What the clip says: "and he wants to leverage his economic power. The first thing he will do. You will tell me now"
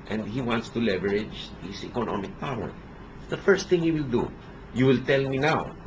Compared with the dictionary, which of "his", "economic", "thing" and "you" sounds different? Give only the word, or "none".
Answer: his